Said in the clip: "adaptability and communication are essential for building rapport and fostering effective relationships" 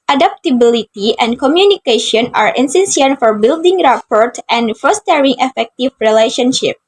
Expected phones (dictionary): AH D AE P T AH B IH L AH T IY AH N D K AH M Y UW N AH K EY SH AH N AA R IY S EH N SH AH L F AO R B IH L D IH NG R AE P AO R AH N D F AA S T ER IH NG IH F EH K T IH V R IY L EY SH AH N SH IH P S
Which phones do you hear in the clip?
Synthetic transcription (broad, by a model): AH D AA P T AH B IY L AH T IY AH N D K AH M Y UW N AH K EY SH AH N AA R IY S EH N S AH N F AO R B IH L D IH NG R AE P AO R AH N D F AA S T ER IH NG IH F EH K T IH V R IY L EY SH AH N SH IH P